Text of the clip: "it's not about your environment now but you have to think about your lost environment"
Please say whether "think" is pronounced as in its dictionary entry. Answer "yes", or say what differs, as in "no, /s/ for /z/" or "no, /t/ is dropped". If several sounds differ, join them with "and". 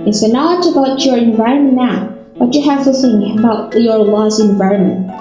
no, /k/ is dropped